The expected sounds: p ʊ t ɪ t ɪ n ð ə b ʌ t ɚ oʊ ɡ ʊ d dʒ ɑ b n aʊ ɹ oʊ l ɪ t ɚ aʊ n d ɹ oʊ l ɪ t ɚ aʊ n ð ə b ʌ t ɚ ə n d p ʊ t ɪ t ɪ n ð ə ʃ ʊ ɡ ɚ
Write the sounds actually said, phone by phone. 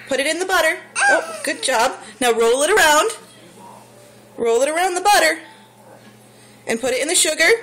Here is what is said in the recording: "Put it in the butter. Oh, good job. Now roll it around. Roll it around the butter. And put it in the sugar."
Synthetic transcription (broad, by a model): p ʊ t ɪ t ɪ n ð ə b ʌ t ɚ oʊ ɡ ʊ d dʒ ɑ b n aʊ ɹ oʊ l ɪ t ɚ aʊ n d ɹ oʊ l ɪ t ɚ aʊ n ð ə b ʌ t ɚ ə n p ʊ t ɪ t ɪ n ð ə ʃ ʊ ɡ ɚ